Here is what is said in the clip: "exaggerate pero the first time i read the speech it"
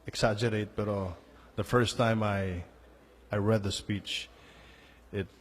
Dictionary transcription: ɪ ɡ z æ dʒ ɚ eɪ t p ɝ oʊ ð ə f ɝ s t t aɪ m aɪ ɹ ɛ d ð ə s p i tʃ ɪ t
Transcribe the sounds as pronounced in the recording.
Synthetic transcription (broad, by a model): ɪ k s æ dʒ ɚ eɪ t b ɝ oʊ ð ə f ɝ s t t aɪ m aɪ ɹ ɛ d ð ə s p i tʃ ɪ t